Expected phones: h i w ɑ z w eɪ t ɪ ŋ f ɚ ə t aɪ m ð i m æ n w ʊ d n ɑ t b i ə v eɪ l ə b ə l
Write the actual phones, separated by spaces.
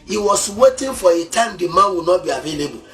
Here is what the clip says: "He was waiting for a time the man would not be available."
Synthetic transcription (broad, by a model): h i w ɑ s w eɪ t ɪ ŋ f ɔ ə t aɪ m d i m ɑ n w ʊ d n ɑ t b i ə v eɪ l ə b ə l